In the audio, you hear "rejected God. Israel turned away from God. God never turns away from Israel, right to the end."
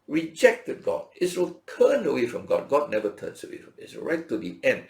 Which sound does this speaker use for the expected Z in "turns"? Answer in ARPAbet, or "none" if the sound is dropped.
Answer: S